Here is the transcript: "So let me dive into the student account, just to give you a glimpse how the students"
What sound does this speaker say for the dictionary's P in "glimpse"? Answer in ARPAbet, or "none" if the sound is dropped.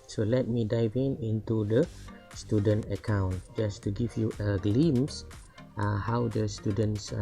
none